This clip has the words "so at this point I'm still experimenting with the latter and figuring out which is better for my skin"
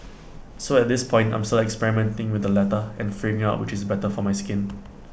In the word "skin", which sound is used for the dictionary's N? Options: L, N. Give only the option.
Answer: N